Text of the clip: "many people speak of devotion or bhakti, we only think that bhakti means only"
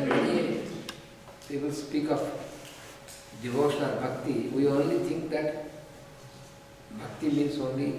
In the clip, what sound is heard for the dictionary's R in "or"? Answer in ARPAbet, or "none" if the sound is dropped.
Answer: L